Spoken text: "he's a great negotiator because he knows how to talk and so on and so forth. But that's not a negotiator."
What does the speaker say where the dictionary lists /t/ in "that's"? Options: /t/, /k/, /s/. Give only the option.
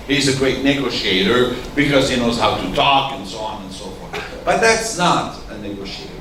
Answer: /t/